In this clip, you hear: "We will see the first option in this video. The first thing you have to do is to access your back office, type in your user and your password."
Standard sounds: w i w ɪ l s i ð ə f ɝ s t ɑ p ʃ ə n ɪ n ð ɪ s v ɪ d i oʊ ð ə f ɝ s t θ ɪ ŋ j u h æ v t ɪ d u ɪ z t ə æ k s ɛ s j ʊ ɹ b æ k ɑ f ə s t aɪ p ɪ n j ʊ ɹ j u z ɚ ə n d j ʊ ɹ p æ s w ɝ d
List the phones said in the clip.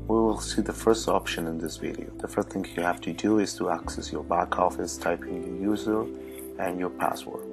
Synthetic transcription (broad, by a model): w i w ɪ l s i ð ə f ɝ s t ɑ p ʃ ə n ɪ n ð ɪ s v ɪ d i oʊ ð ə f ɝ s t θ ɪ ŋ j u h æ f t ɪ d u ɪ z t ə æ k s ɛ s j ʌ ɹ b æ k ɑ f ə s t aɪ p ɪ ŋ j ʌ ɹ j u z ɚ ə n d j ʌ ɹ p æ s w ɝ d